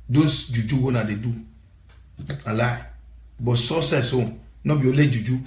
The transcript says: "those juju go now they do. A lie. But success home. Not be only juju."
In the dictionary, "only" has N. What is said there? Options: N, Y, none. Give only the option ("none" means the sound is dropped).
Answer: none